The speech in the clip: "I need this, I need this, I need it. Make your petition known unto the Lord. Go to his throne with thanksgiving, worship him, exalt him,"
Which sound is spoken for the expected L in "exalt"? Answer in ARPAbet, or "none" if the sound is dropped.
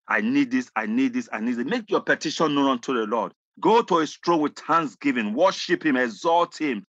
L